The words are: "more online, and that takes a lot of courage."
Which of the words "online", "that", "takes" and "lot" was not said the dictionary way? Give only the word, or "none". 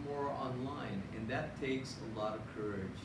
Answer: none